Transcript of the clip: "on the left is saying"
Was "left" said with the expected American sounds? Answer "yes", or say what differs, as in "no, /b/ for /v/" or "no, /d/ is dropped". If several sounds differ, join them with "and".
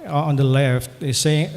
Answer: yes